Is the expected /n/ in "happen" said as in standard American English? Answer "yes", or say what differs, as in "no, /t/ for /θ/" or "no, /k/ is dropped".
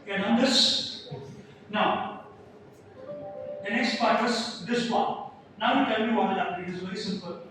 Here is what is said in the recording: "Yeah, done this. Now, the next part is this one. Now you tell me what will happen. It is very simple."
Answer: no, /n/ is dropped